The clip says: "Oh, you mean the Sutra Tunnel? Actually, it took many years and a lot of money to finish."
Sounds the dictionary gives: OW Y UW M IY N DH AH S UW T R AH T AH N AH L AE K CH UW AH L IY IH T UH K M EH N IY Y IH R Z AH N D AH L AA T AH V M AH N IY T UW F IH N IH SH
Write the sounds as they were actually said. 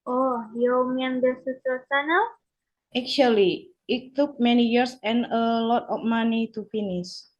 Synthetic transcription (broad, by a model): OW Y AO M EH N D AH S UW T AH S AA N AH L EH K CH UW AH L IY IH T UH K M EH N IY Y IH R S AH N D AH L AA T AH F M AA N IY T UW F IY N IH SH